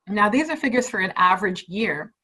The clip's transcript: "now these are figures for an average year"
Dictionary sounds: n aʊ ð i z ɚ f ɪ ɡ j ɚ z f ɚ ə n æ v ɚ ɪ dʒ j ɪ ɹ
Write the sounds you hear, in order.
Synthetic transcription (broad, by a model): n aʊ ð i z ɚ f ɪ ɡ j ɚ z f ɚ ə n æ v ɚ ɪ dʒ j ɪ ɹ